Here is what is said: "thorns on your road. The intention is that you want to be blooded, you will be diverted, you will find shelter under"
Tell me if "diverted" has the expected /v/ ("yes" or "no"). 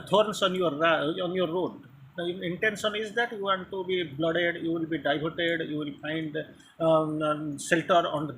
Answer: no